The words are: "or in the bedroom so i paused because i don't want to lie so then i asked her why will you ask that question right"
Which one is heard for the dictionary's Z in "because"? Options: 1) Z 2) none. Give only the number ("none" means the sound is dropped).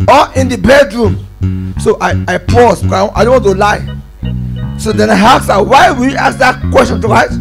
2